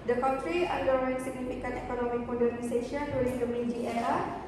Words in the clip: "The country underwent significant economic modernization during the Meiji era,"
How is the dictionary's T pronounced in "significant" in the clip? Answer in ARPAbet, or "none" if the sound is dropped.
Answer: none